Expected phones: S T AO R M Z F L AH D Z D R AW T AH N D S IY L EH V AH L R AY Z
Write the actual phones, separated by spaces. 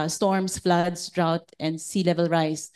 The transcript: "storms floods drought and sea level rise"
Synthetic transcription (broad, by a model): S T AO R M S F L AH D S D R AW T AH N D S IY L EH V AH L R AY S